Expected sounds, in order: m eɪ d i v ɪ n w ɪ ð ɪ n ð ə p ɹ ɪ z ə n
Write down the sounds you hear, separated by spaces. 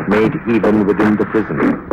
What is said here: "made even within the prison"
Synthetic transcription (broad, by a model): m eɪ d i v ɪ n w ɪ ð ɪ n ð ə p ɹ ɪ z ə n